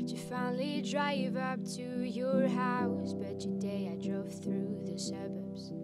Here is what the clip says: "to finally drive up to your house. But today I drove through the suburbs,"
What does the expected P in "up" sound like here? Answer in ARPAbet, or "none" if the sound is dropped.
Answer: P